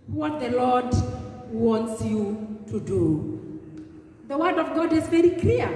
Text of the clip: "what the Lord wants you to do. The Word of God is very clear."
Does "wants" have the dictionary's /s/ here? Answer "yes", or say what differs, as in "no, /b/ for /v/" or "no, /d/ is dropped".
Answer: yes